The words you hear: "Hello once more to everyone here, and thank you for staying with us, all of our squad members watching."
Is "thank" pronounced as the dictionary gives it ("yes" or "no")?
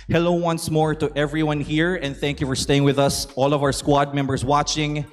yes